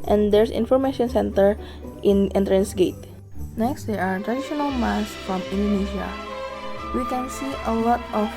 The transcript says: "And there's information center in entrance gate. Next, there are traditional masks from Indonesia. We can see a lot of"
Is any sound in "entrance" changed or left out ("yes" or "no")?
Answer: no